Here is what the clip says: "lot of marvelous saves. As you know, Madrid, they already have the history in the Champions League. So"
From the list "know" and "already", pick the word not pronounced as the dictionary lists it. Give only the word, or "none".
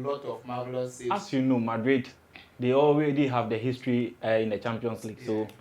already